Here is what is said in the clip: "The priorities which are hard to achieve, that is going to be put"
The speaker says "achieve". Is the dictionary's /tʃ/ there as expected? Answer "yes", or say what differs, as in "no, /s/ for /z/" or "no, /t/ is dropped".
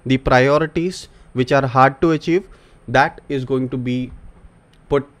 yes